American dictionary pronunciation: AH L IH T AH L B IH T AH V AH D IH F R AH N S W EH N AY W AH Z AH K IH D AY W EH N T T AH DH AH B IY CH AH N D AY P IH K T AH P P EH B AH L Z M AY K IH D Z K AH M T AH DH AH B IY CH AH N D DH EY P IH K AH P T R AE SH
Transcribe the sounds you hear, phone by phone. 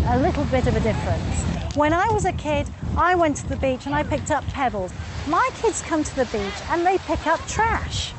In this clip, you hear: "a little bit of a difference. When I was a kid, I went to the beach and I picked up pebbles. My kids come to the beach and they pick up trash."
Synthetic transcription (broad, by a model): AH L IH T L B IH T AH V AH D IH F R AH N S W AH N AY W AH Z AH K IH D AY W EH N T T AH DH AH B IY CH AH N AY P IH K T AH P P EH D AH L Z M AY K IH D Z K AH M T AH DH AH B IY CH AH N DH EY P IH K AH P T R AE SH